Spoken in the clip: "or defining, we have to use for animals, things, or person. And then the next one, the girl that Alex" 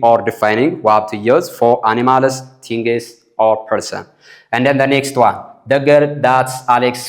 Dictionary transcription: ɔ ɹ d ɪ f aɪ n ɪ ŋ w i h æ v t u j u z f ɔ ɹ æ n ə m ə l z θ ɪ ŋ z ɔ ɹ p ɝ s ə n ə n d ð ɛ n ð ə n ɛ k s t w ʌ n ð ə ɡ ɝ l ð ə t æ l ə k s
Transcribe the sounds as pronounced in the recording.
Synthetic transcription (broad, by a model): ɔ ɹ d ɪ f aɪ n ɪ ŋ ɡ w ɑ b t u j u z f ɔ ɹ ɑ n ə m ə l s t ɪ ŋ s ɔ ɹ p ɝ s ə n ə n d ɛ n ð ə n ɛ k s t w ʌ n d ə ɡ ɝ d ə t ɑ l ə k s